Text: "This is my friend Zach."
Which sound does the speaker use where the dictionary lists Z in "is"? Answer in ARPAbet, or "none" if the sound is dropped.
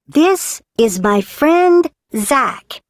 Z